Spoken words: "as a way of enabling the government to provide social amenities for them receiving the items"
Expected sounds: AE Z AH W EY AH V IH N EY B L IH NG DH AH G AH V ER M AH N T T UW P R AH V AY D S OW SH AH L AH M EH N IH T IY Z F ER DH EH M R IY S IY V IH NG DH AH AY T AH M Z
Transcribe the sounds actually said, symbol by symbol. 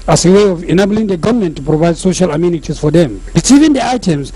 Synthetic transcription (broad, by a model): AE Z AH W EY AH V IH N EY B L IH NG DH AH G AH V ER M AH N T T UW P R AH V AY D S OW SH AH L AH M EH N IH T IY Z F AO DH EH M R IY S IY V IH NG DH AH AY T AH M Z